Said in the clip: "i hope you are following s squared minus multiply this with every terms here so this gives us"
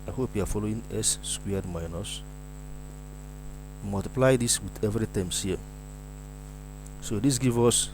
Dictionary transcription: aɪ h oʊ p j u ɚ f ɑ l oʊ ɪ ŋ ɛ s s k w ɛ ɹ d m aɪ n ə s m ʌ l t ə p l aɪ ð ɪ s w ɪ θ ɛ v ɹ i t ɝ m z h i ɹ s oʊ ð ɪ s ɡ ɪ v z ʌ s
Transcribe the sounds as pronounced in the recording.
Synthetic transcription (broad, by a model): aɪ h oʊ p j u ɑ f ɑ l oʊ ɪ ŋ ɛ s s k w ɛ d m aɪ n ə s m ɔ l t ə p l aɪ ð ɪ s w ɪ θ ɛ v ɹ i t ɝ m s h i s oʊ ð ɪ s ɡ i v ɔ s